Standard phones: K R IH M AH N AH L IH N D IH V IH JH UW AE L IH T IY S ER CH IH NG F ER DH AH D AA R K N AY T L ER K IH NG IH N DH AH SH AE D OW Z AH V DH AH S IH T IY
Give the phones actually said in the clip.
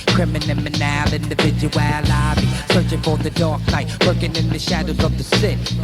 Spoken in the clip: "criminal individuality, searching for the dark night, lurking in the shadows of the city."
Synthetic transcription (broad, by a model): K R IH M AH N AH L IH N D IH V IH JH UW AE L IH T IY S ER CH IH NG F ER DH AH D AA R K N AY T W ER K IH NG IH N DH AH SH AE D OW Z AH V DH AH S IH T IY